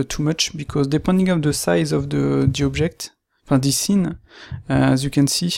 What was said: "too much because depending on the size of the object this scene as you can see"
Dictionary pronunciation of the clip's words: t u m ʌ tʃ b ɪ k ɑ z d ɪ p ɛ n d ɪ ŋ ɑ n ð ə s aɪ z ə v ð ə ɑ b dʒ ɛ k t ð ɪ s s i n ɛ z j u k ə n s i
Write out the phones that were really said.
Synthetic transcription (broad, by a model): t u m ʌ tʃ b ɪ k ɑ z d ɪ p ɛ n d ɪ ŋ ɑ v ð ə s aɪ z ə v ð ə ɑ b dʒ ɛ k t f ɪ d s i n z j u k ə n s i